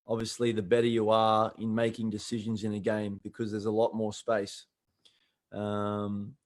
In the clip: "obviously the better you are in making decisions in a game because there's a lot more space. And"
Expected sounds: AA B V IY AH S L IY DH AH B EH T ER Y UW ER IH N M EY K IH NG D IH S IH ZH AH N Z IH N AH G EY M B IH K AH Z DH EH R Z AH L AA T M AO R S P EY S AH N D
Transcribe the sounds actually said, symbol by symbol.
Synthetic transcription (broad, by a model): AA B V IY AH S L IY DH AH B EH T ER Y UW ER IH N M EY K IH NG D IH S IH ZH AH N Z IH N AH G EY M B IH K AH Z DH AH R Z AH L AA T M AO R S P EY S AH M